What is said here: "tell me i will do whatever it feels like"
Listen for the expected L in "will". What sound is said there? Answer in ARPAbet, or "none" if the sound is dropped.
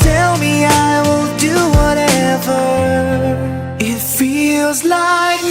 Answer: N